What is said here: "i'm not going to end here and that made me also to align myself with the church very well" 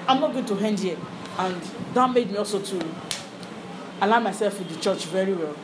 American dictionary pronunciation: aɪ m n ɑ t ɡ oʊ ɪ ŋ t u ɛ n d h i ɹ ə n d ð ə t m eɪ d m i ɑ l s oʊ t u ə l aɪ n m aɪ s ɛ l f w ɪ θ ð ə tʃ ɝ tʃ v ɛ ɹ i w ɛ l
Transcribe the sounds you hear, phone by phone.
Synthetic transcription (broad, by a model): aɪ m n ɑ t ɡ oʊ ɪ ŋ t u ɛ n d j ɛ ə n d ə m m eɪ d m i ɑ l s oʊ t u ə l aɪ m aɪ s ɛ l f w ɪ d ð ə tʃ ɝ tʃ v ɛ ɹ i w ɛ l